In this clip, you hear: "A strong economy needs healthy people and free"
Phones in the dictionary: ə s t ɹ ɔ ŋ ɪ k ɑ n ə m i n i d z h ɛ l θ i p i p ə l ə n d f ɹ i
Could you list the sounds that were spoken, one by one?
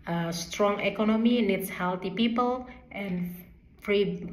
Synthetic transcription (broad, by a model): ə s t ɹ ɔ ŋ ɪ k ɑ n ə m i n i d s h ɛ l t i p i p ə l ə n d f ɹ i